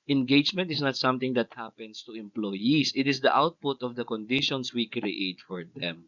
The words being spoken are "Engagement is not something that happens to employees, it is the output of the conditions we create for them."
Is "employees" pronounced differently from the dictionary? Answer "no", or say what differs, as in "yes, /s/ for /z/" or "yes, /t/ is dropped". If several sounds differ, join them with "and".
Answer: yes, /s/ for /z/